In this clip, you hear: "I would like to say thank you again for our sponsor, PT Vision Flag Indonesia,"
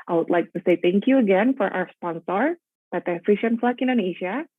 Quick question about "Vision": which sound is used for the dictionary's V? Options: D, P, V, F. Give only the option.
F